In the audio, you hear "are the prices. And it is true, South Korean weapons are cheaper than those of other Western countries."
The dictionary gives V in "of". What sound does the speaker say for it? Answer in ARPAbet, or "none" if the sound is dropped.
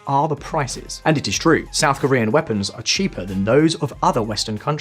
V